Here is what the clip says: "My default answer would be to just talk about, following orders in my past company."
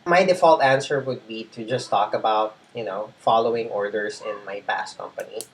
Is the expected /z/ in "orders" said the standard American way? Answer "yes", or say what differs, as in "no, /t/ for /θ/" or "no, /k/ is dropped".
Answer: no, /s/ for /z/